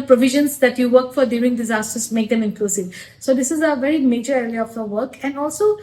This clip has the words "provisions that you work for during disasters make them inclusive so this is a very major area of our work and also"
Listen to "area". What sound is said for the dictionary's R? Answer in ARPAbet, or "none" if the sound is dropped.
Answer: L